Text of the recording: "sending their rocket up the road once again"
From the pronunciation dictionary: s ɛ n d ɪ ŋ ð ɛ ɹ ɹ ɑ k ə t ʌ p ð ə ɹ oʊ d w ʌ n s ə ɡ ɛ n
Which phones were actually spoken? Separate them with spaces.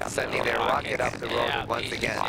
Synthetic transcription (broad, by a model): s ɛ n d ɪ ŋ ð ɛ ɹ w ɑ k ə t ʌ p ð ə ɹ oʊ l w ʌ n s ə ɡ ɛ n